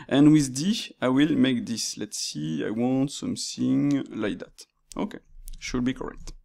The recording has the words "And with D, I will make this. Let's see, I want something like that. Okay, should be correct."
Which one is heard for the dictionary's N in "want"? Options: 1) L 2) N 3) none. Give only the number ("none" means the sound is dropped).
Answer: 2